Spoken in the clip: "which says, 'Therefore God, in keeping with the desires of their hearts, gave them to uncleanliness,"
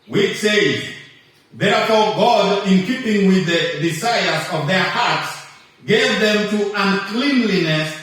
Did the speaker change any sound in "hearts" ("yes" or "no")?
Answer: no